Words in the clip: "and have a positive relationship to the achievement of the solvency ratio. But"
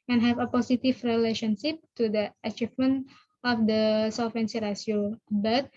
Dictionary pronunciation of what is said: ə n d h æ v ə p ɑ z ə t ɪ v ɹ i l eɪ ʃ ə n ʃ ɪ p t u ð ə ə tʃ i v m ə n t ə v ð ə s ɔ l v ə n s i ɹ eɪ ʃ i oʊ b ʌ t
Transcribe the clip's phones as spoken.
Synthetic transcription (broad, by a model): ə n h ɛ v ə p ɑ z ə t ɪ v ɹ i l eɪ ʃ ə n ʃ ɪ p t u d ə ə tʃ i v m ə n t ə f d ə s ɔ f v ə n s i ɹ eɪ s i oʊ b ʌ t